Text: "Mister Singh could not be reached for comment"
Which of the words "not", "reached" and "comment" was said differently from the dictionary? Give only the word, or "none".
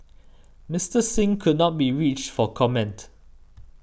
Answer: none